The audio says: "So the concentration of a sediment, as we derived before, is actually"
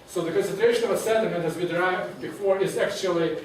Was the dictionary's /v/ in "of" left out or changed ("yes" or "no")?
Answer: no